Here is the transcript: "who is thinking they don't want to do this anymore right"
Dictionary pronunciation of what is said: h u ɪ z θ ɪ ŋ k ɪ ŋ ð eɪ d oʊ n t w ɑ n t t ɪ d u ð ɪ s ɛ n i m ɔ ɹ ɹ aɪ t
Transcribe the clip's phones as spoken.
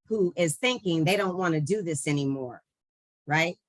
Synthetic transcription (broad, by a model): h u ɪ z θ ɪ ŋ k ɪ ŋ ð eɪ d oʊ n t w ɑ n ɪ d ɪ ð ɪ s ɛ n i m ɔ ɹ ɹ aɪ t